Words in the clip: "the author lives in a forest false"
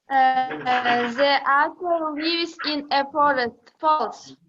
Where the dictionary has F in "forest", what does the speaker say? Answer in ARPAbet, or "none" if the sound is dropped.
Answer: P